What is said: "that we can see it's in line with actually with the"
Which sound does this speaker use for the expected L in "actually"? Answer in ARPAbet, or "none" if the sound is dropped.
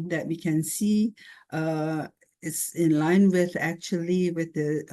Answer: L